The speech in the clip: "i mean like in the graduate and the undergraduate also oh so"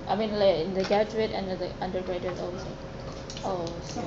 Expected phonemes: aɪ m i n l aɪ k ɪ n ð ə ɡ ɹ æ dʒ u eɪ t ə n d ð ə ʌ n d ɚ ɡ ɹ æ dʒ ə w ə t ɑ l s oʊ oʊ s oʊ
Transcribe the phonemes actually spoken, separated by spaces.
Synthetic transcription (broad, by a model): aɪ m i n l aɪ ɪ n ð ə ɡ æ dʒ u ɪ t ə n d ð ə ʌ n d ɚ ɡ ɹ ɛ ə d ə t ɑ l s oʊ oʊ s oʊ